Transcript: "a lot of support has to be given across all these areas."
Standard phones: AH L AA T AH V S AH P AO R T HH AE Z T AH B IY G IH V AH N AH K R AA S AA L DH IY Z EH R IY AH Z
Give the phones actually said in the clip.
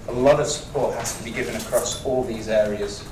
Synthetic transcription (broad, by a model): AH L AA T AH V S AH P AO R T HH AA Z T AH B IY G IH V AH N AH K R AA S AA L DH IY Z EH R IY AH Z